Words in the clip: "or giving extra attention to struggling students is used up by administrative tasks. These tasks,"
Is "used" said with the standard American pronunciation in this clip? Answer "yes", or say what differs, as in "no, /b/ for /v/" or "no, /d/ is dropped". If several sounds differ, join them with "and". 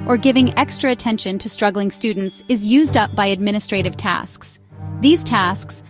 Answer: yes